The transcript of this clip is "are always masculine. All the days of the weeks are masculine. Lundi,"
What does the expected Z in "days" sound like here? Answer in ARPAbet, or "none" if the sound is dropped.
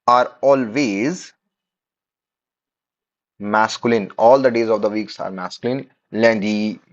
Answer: Z